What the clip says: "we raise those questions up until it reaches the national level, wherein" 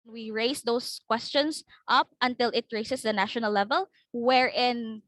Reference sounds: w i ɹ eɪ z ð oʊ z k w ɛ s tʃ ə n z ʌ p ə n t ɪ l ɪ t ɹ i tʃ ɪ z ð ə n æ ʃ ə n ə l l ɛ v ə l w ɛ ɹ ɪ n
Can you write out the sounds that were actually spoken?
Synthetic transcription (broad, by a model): w i ɹ eɪ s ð oʊ s k w ɛ s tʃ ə n s ʌ p ə n t ɪ l ɪ t ɹ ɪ s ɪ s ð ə n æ ʃ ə n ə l l ɛ v ə l w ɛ ɹ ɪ n